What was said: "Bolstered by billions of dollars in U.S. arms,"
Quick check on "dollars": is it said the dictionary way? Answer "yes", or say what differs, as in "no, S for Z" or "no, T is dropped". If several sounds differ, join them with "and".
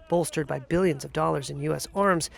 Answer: yes